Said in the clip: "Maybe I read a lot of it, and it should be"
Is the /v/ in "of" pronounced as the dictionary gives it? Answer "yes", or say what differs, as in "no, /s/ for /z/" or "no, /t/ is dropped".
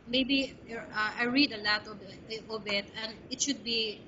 no, /b/ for /v/